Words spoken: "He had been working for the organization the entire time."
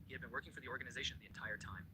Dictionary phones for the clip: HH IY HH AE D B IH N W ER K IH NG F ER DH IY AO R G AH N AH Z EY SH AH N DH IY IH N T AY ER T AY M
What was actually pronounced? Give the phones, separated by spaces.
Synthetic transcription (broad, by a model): HH IY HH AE D B IH N W ER K IH NG F ER DH IY AO R G AH N AH Z EY SH AH N DH IY IH N T AY ER T AY M